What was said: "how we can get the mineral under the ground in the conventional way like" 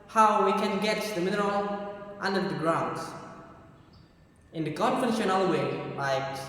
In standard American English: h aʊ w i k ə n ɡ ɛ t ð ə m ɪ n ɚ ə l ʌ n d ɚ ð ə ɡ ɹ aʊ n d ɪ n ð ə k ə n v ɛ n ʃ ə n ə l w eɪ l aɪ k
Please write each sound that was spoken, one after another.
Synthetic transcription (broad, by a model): h aʊ w i k ə n ɡ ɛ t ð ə m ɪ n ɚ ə l ʌ n d ɚ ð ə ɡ ɹ aʊ n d ɪ n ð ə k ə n f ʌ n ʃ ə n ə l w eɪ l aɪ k